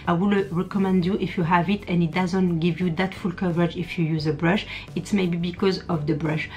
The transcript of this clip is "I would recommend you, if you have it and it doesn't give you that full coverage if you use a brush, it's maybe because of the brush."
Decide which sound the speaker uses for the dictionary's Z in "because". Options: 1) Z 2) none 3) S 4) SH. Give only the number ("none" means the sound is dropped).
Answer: 1